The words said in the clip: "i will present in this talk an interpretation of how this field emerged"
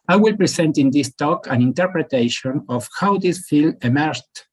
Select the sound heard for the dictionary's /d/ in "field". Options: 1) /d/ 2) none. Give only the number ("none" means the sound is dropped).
2